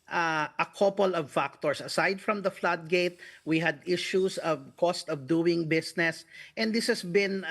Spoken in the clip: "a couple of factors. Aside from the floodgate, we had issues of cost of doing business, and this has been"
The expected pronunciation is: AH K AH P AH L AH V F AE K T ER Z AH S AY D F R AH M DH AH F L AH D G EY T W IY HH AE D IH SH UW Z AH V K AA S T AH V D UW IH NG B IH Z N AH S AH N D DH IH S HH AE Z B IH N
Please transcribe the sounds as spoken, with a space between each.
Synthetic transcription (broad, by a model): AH K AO P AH L AH V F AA K T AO S AH S AY D F R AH M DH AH F L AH D G EY T W IY HH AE D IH SH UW S AH V K AA S T AH V D UW IH NG B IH S N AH S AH N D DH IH S HH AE S B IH N